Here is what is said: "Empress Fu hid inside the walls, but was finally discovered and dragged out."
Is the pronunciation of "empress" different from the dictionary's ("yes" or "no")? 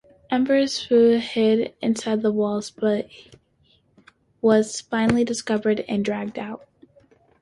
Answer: yes